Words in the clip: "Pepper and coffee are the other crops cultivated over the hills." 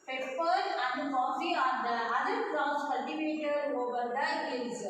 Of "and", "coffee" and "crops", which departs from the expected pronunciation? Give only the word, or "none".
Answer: crops